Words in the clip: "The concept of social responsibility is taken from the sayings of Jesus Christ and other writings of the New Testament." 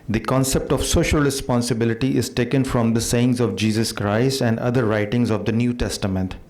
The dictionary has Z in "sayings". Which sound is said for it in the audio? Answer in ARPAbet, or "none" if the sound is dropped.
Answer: Z